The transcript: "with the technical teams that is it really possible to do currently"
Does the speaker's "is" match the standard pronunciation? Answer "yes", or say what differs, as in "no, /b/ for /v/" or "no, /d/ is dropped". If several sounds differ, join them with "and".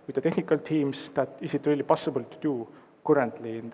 no, /s/ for /z/